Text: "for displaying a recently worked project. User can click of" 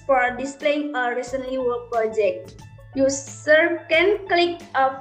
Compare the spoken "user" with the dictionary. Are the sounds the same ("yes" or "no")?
no